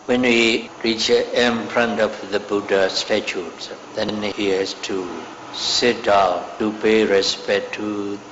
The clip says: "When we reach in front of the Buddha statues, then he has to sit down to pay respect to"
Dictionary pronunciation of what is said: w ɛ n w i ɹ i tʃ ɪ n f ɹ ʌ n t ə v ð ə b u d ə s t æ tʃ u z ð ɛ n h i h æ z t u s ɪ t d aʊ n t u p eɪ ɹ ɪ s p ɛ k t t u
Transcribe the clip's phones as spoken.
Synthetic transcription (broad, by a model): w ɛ n w i ɹ i tʃ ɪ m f ɹ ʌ n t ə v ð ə b u d ə s t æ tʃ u s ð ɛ n h i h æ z t u s ɪ t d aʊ t u p eɪ ɹ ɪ s p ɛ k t t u